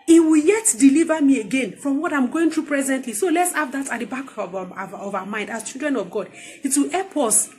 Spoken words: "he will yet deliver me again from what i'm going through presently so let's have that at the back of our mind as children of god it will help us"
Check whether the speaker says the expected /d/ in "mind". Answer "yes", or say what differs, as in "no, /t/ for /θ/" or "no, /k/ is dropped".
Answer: yes